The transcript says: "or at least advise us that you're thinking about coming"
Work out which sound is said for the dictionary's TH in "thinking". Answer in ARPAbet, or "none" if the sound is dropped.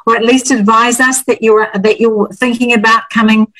TH